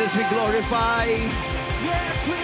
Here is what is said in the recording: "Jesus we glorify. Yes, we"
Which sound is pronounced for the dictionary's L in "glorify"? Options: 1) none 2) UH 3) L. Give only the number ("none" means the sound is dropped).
3